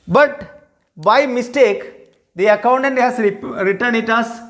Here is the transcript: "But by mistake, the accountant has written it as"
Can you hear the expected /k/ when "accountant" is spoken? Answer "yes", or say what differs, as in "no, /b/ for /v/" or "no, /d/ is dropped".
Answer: yes